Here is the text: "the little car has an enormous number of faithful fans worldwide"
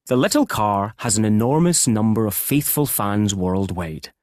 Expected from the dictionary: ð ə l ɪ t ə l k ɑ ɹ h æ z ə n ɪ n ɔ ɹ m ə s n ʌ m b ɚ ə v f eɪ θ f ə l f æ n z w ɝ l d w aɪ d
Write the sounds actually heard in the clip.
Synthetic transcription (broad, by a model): ð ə l ɪ t ə l k ɑ ɹ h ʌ z ə n ɪ n ɔ ɹ m ə s n ʌ m b ɚ ə v f eɪ θ f ə l f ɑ n z w ɝ l d w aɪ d